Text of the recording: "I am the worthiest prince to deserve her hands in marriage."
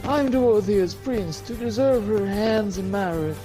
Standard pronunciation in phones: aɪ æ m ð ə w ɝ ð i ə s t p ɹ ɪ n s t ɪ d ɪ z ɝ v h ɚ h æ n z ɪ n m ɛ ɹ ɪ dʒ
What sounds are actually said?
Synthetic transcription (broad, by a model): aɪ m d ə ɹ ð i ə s p ɹ ɪ n s t ɪ d ɪ z ɝ v h ɚ h æ n z ɪ n m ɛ ɹ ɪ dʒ